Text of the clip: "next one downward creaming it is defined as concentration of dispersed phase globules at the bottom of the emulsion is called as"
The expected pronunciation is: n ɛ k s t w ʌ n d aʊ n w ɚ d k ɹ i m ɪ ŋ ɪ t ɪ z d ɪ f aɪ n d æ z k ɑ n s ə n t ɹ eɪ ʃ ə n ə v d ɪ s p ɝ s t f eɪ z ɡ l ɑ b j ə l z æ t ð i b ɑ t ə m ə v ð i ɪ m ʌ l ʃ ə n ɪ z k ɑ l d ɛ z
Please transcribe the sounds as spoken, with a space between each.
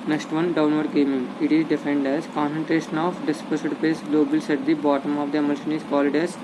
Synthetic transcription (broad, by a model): n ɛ k s t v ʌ n d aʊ n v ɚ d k ɛ m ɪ ŋ ɪ t ɪ z d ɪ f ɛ n d æ z k ɑ n s ə n t ɹ eɪ ʃ ə n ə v d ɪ s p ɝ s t p eɪ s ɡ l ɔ b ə l s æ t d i b ɑ t ə m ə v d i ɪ m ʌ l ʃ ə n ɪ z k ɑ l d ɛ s